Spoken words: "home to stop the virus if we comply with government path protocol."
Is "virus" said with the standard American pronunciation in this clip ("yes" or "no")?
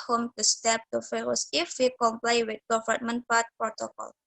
no